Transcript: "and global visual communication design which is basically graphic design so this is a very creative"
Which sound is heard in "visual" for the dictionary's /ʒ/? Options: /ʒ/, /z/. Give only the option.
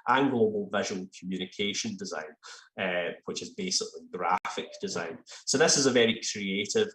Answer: /ʒ/